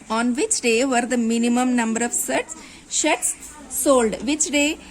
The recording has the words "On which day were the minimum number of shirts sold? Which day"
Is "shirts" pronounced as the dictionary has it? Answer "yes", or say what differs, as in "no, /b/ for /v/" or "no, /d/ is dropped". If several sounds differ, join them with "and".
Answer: no, /s/ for /ʃ/